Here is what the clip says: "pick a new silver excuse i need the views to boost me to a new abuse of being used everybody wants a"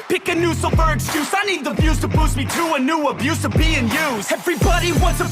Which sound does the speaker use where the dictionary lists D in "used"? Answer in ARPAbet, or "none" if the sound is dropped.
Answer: none